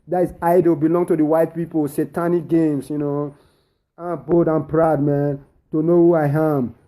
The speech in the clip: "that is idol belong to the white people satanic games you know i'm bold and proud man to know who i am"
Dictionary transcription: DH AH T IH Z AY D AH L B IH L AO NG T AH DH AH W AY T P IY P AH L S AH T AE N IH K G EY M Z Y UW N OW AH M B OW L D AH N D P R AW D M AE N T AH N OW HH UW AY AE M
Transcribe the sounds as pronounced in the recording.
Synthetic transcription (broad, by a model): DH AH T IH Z AY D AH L B IH L AO NG T AH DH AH W AY T P IY P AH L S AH T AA N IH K G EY M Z Y UW N OW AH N B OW D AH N P R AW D M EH N T AH N OW HH UW AY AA M